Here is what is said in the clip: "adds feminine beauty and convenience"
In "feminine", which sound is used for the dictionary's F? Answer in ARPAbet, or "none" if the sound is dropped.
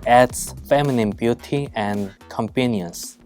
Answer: F